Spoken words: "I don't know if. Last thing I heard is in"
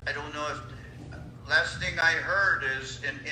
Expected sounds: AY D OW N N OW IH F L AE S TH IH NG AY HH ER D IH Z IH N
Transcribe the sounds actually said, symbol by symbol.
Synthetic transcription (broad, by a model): AY D OW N N OW IH F L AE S TH IH NG AY HH ER D IH Z IH N